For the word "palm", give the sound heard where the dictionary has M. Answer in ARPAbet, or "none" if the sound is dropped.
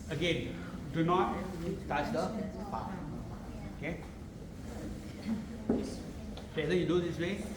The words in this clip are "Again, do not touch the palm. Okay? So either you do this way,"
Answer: none